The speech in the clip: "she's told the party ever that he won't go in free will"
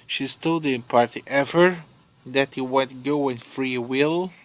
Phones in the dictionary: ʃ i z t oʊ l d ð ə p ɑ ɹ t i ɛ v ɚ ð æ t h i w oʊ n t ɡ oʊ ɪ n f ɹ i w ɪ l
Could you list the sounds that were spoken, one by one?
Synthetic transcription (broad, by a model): ʃ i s t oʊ d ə p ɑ ɹ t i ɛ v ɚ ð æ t h i w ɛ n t ɡ oʊ ɪ n f ɹ i w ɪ l